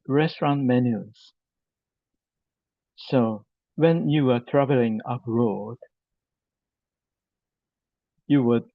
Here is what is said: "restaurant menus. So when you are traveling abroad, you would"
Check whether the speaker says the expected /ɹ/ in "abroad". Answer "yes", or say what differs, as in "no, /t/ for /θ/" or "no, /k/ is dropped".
yes